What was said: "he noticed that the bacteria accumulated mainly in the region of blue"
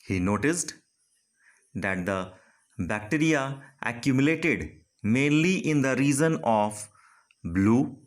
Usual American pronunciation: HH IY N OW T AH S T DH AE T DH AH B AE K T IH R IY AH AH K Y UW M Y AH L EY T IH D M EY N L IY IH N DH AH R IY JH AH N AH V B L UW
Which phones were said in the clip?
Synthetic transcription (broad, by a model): HH IY N OW T AH S T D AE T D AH B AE K T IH R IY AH AH K Y UW M Y AH L EY T IH D M EY N L IY IH N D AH R IY Z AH N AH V B L UW